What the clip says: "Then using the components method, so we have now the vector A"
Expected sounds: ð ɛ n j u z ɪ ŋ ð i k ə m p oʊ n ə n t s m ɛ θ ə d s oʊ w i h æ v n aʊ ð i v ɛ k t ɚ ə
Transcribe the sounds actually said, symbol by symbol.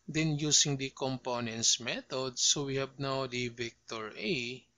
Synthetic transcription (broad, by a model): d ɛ n j u s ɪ ŋ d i k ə m p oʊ n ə n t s m ɛ t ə d s oʊ w i h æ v n aʊ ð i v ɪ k t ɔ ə